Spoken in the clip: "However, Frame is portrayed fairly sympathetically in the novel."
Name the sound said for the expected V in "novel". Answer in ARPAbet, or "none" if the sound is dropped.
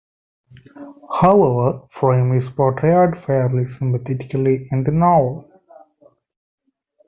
none